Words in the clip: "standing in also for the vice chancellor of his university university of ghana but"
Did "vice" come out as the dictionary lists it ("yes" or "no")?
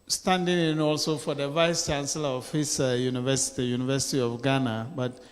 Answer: yes